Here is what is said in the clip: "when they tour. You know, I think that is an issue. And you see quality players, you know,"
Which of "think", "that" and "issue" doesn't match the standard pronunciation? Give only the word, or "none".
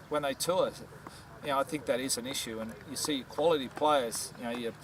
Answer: none